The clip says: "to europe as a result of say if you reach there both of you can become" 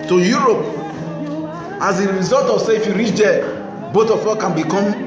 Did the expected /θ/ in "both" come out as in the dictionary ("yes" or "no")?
no